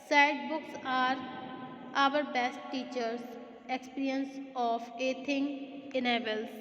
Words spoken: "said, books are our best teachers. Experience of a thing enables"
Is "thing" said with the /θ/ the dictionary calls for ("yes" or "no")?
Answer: no